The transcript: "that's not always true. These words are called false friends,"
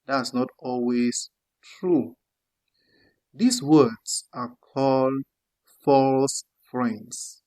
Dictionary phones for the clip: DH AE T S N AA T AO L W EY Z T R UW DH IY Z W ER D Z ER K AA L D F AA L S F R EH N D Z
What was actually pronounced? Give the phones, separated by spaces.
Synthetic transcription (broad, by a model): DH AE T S N AA T AO L W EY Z T R UW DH IY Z W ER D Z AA K AA L D F AA L S F R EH N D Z